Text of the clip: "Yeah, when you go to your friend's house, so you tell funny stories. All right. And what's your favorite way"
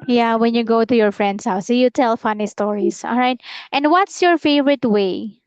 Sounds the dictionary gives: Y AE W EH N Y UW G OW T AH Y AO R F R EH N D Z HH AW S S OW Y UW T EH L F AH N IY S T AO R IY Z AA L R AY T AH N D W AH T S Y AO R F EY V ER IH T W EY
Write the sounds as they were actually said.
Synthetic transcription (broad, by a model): Y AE W EH N Y UW G OW T AH Y AO R F R EH N D S HH AW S S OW Y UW T EH L F AH N IY S T AO R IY S AA L R AY T AH N D W AH T S Y AO R F EY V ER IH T W EY